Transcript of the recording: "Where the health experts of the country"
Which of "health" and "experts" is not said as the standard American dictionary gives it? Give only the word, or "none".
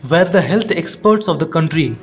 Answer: health